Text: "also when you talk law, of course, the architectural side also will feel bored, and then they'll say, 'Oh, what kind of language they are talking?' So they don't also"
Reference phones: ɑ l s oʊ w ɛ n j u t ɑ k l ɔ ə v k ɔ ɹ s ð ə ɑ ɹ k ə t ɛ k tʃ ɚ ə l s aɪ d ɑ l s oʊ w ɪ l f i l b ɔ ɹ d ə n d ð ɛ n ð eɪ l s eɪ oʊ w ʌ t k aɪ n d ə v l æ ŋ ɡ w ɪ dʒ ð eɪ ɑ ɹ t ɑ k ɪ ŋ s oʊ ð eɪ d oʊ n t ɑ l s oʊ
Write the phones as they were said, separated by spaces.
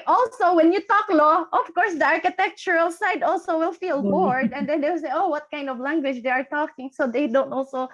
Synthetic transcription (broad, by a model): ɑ l s oʊ w ɛ n j u t ɑ k l ɔ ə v k ɔ ɹ s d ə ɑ ɹ k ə t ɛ k tʃ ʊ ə l s aɪ d ɑ l s oʊ w ɪ l f i l b ɔ ɹ d ə n d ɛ n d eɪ w s eɪ oʊ w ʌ t k aɪ n d ə v l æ ŋ ɡ w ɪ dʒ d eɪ ɑ ɹ t ɑ k ɪ ŋ s oʊ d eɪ d oʊ n t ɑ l s oʊ